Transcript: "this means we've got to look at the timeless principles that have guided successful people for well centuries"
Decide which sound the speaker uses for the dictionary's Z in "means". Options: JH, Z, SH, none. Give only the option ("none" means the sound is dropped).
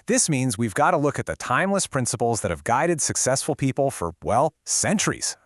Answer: Z